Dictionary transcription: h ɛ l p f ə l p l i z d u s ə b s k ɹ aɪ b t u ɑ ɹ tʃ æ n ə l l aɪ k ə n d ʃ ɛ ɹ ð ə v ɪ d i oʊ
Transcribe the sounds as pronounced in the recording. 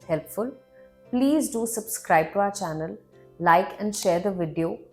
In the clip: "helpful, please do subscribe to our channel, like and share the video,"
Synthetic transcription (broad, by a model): h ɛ l p f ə l p l i z d u s ə b s k ɹ aɪ b t u ɑ ɹ tʃ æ n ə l l aɪ k ə n d ʃ ɛ ɹ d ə v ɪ d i oʊ